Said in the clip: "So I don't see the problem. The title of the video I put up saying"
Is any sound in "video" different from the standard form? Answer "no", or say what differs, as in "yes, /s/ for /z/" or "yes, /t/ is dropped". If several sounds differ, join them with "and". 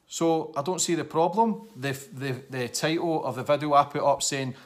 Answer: no